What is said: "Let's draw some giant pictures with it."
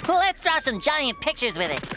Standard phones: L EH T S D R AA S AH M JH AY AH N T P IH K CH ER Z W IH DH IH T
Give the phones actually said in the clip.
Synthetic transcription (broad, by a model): L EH T S D R AA S AH M JH AY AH N P IH K CH ER Z W IH DH IH T